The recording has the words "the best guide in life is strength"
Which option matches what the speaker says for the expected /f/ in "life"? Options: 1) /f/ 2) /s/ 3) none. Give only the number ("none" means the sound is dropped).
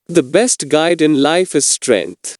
1